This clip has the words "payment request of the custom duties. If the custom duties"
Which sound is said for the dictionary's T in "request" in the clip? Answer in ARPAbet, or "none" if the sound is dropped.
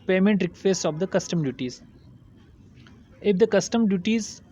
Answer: none